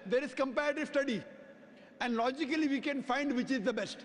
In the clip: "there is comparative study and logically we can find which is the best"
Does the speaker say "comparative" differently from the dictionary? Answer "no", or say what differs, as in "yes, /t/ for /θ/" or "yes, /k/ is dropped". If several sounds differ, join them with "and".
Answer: no